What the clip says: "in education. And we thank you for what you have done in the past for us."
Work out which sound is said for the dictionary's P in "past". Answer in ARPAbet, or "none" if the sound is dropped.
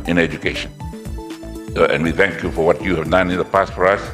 P